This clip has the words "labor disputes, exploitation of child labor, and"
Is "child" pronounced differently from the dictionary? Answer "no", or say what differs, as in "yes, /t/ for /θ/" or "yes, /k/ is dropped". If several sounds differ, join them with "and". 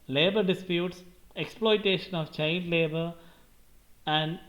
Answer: yes, /n/ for /l/